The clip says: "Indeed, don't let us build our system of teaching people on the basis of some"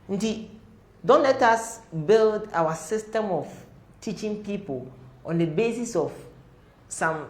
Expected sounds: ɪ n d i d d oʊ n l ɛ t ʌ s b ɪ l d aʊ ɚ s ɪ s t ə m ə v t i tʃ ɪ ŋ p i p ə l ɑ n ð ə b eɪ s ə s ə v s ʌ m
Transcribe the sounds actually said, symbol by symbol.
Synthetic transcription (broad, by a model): n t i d d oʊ n l ɛ t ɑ s b ɪ l d aʊ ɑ s ɪ s t ə m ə f t i tʃ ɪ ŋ p i p ə l ɑ n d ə b eɪ s ə s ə f s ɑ m